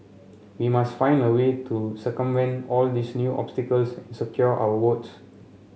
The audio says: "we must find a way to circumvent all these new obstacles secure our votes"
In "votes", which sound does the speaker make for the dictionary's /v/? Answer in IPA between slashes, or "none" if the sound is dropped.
/w/